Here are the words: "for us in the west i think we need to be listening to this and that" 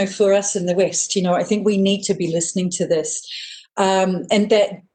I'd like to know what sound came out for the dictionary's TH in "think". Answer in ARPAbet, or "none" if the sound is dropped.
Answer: TH